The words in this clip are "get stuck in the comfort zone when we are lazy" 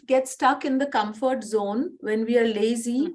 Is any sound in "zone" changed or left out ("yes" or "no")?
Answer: no